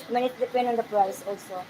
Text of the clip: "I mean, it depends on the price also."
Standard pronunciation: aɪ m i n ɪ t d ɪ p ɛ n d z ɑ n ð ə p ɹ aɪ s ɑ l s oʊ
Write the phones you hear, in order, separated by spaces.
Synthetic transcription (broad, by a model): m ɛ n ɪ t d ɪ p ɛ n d ɑ n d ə p ɹ aɪ s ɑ l s oʊ